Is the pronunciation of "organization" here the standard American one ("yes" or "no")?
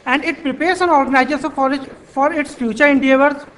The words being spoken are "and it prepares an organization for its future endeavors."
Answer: no